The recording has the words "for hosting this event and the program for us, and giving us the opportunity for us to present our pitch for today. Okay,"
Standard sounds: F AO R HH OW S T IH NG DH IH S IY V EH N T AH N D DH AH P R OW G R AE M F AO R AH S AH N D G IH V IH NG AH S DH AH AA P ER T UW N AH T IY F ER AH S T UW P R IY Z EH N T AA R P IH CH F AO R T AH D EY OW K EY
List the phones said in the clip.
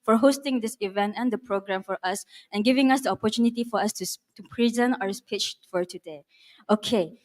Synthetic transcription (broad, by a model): F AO R HH OW S T IH NG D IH S IY V EH N T AH N D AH P R OW G R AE M F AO R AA S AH N G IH V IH NG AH S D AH AA P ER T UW N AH T IY F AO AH S T UW P R IY Z EH N T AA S P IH CH F AO R T AH D EY OW K EY